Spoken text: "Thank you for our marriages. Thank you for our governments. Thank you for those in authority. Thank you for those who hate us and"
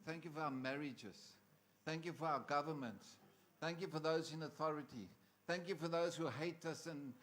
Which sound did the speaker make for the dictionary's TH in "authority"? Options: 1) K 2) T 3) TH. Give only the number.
3